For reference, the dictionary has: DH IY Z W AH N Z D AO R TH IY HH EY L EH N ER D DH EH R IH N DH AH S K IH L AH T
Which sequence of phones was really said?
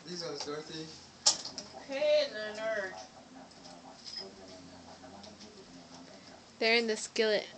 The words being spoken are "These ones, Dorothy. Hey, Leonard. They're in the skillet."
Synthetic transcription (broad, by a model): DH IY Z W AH Z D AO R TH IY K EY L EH N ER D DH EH R IH N DH AH S K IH L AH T